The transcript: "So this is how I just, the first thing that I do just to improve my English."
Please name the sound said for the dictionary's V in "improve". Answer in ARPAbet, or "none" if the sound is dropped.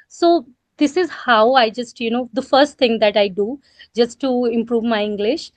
V